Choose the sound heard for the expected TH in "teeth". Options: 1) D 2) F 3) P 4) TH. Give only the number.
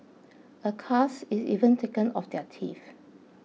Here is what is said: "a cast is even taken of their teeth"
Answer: 2